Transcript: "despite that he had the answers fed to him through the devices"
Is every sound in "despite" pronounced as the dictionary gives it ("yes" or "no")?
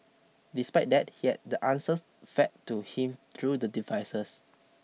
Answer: yes